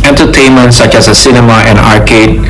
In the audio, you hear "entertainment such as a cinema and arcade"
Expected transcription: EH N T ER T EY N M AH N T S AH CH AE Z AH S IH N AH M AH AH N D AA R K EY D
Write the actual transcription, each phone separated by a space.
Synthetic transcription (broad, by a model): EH N T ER T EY N M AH N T S AH CH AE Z AH S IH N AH M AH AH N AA R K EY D